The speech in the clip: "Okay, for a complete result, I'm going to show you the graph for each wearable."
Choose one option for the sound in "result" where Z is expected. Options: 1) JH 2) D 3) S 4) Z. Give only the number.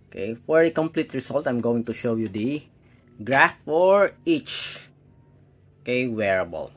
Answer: 3